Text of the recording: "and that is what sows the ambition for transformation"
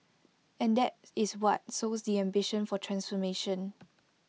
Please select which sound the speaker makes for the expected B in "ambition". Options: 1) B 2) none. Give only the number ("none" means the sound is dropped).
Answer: 1